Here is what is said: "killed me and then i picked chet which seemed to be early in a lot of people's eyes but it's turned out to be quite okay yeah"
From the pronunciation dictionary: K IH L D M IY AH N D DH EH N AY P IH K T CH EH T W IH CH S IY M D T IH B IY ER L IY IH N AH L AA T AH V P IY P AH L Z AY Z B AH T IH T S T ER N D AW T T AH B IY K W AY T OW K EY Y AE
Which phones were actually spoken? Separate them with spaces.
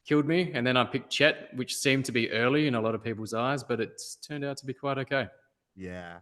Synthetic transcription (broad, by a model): K IH L D M IY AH N DH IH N AY P IH K CH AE T W IH CH S IY M T IH B IY ER L IY IH N AH L AA T AH V P IY P L Z AY Z B AH T IH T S T ER N D AW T T AH B IY K W AY T OW K EY Y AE